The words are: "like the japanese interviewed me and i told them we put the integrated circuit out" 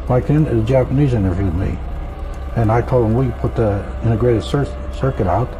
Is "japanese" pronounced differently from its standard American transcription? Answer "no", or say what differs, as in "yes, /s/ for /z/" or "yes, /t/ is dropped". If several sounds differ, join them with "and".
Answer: no